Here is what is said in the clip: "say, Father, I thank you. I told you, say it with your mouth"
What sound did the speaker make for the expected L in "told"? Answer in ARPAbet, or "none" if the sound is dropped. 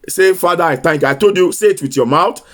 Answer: none